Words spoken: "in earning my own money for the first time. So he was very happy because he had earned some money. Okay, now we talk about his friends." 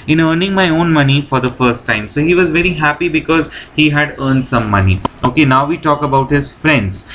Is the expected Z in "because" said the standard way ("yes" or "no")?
yes